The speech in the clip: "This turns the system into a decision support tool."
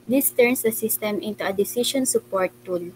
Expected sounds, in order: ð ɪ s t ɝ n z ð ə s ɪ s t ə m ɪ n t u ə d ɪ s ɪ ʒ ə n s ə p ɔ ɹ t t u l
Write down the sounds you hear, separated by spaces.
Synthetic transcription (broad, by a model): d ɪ s t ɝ n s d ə s ɪ s t ə m ɪ n t u ə d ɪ s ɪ ʃ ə n s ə p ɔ ɹ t t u l